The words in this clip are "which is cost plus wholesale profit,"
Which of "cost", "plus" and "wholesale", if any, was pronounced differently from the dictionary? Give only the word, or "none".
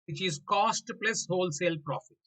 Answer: none